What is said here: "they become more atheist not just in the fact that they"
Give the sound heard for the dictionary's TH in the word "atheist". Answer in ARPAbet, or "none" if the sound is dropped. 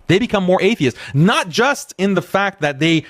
TH